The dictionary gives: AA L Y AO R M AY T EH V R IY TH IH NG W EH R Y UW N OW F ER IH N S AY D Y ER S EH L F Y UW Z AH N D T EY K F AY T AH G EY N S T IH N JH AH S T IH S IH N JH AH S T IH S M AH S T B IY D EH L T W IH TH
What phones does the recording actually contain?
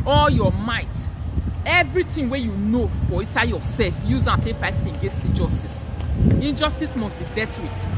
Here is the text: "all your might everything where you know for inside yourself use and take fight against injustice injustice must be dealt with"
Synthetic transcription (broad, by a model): AA L Y AO M AY T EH V R IY T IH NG W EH Y UW N OW F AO IH N S AY D Y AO S EH L F Y UW Z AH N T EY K F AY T AH G EY N S T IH N JH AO S T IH S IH N JH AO S T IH S M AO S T B IY D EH T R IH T